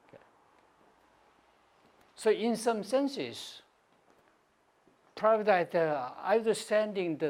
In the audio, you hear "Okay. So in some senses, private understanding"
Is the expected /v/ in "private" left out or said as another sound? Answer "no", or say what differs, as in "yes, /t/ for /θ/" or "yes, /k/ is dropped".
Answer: yes, /b/ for /v/